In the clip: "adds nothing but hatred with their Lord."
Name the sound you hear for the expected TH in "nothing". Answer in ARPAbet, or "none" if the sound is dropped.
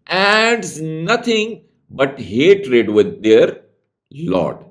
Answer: T